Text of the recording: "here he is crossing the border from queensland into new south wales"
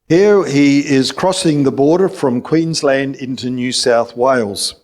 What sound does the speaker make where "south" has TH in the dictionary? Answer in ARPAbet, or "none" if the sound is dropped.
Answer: TH